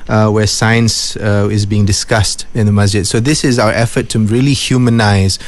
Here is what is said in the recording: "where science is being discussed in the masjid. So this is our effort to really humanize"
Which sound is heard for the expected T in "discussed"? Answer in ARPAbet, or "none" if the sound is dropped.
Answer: T